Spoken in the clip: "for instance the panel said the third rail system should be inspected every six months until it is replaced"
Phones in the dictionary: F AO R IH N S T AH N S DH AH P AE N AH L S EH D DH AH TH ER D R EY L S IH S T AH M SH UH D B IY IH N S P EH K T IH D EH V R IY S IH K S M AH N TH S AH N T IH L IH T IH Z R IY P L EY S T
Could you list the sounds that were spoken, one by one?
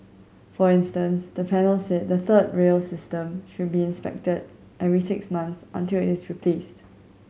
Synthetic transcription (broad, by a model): F AO R IH N S T AH N S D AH P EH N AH L S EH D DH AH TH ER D R EY L S IH S T AH M SH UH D B IY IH N S P EH K T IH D EH V R IY S IH K S M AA N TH S AH N T IH L IH T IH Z R IY P L EY S T